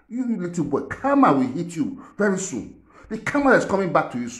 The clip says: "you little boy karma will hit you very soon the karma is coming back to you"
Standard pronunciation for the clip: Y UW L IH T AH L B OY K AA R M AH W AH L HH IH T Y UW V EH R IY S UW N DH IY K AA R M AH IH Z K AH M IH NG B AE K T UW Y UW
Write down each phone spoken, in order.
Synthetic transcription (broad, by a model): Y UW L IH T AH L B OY K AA M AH W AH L HH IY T Y UW V EH R IY S UW N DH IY K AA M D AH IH S K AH M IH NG B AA K T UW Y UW